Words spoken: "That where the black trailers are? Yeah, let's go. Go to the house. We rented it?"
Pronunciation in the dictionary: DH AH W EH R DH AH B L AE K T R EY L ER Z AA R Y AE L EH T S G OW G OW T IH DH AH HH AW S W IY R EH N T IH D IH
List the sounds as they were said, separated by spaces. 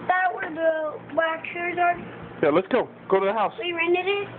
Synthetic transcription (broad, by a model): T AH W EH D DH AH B AA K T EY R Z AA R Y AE L EH T S G OW G OW T IH DH AH HH AW S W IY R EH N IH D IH